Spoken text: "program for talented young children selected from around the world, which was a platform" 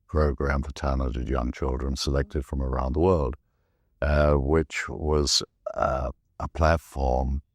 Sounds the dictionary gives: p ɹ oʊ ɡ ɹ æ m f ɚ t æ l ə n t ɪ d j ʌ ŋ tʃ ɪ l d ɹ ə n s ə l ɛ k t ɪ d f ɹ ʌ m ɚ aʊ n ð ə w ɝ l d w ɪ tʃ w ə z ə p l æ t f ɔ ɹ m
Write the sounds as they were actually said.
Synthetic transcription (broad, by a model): p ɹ oʊ ɡ ɹ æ m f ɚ t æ n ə t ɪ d j ʌ ŋ tʃ ɪ l d ɹ ə n s ə l ɛ k t ɪ d f ɹ ʌ m ɚ aʊ n ð ə w ɝ l d w ɪ tʃ w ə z ə p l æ t f ɔ ɹ m